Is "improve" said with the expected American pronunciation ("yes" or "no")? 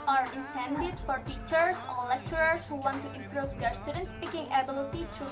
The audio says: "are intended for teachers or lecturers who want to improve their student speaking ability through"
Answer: yes